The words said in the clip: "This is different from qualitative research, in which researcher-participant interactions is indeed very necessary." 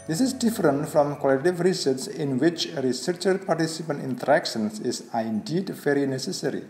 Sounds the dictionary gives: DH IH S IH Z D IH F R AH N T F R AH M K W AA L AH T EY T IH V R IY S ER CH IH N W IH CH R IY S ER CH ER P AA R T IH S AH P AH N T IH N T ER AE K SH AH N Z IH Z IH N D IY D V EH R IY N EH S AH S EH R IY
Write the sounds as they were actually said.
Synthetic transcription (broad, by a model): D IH S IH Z D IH F R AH N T F R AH M K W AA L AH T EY T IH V R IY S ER S IH N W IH CH R IY S ER CH ER P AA R T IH S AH P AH N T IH N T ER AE K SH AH N S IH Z IH N D IY D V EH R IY N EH S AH S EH R IY